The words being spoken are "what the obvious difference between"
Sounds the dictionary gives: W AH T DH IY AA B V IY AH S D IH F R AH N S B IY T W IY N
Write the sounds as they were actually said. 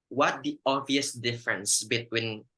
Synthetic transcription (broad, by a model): W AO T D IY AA V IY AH S D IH F R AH N S B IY T W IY N